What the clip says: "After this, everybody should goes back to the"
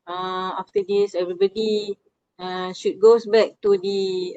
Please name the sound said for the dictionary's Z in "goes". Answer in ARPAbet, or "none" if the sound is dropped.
S